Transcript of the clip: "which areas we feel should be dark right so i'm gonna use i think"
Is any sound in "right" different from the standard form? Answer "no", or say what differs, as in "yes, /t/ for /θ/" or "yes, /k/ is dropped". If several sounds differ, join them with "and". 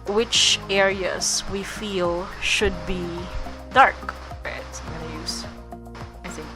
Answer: yes, /w/ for /ɹ/